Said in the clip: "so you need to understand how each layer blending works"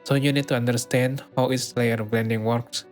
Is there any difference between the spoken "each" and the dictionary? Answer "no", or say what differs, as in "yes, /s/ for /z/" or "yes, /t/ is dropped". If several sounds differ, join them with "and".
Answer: yes, /s/ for /tʃ/